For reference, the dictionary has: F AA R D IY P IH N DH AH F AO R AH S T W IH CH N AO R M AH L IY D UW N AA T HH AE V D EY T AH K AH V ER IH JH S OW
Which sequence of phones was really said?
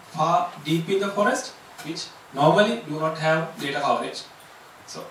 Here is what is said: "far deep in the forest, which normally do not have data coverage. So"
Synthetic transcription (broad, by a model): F AA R D IY P IH N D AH F AO R AH S T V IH CH N AO R M AH L IY D UW N AA T HH AE V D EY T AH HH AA UH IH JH S OW